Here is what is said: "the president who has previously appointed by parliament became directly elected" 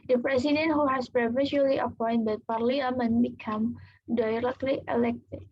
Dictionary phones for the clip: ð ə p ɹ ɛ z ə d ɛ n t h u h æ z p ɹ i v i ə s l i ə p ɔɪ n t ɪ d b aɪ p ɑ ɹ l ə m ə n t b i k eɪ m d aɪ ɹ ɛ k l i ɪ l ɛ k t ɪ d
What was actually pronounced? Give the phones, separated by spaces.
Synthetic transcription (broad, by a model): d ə p ɹ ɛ s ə d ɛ n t h u h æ s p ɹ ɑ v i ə l i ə p ɔɪ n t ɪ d p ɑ ɹ l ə m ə n b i k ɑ m d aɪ ɹ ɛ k l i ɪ l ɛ k t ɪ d